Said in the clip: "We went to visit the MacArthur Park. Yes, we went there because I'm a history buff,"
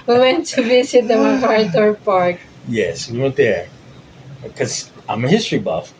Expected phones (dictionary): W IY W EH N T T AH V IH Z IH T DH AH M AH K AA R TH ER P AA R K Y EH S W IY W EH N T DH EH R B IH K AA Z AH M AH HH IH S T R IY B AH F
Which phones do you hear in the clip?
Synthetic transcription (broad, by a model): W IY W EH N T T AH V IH S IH T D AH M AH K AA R T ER P AA R K Y EH S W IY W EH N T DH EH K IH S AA AH M AH HH IH S T R IY B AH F